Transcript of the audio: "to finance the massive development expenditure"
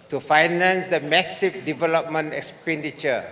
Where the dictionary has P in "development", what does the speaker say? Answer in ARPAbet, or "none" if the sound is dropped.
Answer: P